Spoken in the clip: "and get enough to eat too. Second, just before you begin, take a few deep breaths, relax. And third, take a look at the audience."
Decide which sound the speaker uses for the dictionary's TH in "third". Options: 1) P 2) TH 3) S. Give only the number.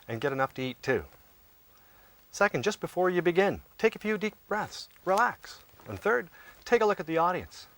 2